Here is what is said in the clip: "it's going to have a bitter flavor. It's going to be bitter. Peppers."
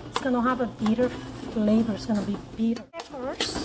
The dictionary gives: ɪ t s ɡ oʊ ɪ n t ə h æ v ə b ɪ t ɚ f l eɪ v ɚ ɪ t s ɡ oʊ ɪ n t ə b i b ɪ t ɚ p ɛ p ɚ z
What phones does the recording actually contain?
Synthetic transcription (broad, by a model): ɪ t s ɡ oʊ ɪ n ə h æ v ə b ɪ t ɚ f l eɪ b ɚ ɪ t s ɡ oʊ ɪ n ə b i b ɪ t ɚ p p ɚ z